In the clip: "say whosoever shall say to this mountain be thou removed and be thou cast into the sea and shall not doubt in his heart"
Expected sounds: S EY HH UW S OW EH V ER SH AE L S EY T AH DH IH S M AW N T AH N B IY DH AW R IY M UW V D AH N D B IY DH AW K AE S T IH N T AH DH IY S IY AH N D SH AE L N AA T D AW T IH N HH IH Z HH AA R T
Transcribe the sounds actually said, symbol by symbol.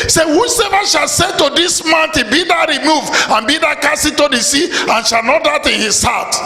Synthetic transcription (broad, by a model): S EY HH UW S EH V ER SH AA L S EY T AH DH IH S M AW N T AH B IY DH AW R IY M UW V AH N B IY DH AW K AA S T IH T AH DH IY S IY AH N SH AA L N AA T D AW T IH N HH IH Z HH AA T